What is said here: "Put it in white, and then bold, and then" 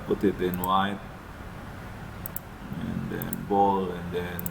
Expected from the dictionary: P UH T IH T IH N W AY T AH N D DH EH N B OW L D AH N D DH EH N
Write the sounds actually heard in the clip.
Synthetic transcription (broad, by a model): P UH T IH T IH N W AY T AH N D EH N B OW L AH N D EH N